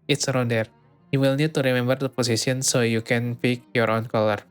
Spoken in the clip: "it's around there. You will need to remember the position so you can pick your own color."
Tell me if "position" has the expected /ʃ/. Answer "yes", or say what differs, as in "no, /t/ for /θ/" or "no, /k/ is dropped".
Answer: no, /s/ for /ʃ/